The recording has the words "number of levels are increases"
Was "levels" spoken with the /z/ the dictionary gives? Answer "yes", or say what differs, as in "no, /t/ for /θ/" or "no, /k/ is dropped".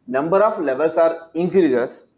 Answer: no, /s/ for /z/